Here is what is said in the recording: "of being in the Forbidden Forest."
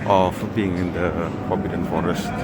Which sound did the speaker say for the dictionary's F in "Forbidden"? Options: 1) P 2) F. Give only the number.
1